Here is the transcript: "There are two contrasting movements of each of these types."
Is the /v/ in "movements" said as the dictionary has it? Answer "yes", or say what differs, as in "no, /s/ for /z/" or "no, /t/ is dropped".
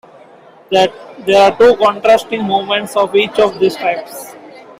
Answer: no, /v/ is dropped